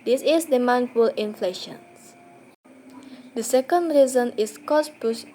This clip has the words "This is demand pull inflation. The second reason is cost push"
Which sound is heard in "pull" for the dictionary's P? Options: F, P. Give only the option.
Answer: F